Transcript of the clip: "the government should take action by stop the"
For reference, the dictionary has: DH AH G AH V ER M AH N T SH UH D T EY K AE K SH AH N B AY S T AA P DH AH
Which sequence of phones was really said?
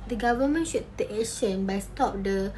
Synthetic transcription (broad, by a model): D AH G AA V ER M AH N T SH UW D T EY K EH SH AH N B AY S T AA P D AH